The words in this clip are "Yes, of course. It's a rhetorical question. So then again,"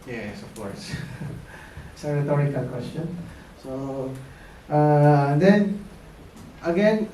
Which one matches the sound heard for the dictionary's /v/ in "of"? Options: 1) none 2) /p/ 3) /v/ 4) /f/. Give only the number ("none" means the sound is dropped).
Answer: 4